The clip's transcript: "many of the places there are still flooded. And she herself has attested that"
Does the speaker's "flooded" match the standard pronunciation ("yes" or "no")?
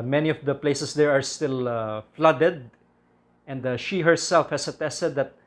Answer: yes